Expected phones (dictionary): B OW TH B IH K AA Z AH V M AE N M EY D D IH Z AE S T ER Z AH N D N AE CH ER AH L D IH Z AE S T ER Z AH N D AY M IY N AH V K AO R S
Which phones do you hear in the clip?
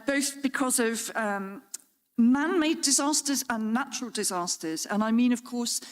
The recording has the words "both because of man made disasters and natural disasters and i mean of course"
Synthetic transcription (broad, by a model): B OW TH B IH K AA Z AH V M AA N M EY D D IH Z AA S T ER Z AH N N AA CH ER AH L D IH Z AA S T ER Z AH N AY M IY N AH V K AO S